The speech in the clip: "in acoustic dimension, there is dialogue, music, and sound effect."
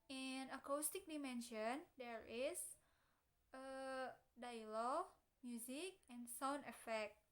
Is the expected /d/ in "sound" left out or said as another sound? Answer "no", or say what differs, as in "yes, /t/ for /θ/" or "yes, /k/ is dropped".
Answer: yes, /d/ is dropped